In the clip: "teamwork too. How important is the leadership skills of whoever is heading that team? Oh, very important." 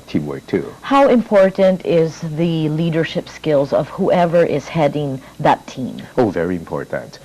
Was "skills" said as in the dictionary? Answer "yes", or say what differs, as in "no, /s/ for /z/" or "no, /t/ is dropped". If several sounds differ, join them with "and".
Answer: yes